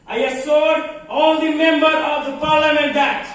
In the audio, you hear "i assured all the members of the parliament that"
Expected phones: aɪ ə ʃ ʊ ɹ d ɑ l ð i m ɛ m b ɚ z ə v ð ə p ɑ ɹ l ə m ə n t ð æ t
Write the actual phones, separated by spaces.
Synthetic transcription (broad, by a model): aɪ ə s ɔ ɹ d ɑ l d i m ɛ m b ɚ ə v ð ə p ɑ ɹ l ə m ə n t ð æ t